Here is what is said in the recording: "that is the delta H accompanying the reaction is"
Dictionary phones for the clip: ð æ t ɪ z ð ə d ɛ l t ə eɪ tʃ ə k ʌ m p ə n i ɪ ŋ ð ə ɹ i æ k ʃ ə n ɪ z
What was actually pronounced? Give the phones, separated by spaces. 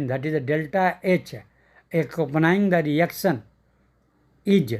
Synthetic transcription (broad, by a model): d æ t ɪ z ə d ɛ l t ə eɪ tʃ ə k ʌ p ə n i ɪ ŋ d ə ɹ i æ k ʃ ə n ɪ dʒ